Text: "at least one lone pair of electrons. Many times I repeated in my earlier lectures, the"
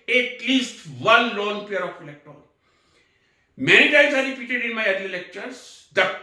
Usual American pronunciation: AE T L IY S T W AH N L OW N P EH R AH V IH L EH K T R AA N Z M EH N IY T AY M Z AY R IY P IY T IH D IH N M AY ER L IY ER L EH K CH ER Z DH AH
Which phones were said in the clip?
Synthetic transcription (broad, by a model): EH T L IY S T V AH N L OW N P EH R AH F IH L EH K T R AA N M EH N IY T AY M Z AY R IY P IY T IH D IH N M AY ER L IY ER L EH K CH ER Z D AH